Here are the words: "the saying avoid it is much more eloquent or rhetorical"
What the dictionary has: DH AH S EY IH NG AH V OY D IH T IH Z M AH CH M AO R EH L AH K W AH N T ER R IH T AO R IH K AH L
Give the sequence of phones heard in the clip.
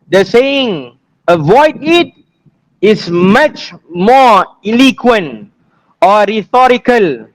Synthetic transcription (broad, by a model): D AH S EY IH NG AH V OY D IH T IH S M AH CH M AO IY L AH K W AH N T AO R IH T AO R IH K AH L